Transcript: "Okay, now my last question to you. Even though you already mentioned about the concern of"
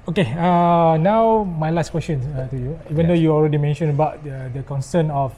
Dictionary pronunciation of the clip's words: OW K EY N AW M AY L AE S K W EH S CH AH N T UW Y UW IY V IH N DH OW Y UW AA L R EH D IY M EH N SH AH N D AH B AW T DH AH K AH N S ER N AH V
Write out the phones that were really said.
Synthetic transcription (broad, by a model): OW K EY N AW M AY L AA S K W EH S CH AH N T UW Y UW IY V IH N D OW Y UW AA L R EH D IY M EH N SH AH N AH B AW T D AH K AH N S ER N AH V